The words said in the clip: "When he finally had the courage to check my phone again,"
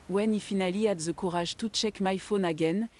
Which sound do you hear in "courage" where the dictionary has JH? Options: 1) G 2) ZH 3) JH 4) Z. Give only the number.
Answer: 2